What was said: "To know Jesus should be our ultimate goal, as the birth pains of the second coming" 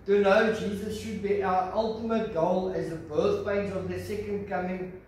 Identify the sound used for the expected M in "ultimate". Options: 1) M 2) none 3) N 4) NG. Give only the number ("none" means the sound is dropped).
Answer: 1